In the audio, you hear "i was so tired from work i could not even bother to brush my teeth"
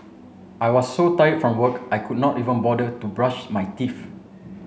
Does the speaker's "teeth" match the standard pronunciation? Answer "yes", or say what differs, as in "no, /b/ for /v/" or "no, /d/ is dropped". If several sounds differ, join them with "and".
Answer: no, /f/ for /θ/